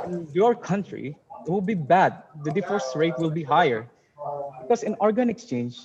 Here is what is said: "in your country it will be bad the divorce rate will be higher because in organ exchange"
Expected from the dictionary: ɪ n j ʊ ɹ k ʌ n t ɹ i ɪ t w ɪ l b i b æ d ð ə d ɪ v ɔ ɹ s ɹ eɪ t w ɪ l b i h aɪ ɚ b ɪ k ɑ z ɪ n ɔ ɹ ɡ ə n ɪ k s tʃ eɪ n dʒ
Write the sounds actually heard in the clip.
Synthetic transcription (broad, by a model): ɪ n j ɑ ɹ k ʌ n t ɹ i ɪ t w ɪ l b i b æ d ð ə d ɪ f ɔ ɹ s ɹ eɪ t w ɪ l b i h aɪ ɚ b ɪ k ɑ s ɪ n ɔ ɹ ɡ ə n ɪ k s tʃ eɪ n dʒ